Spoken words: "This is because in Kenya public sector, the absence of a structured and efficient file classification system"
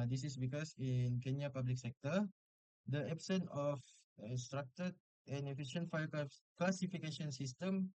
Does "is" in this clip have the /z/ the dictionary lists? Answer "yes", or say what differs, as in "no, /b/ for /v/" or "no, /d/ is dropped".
no, /s/ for /z/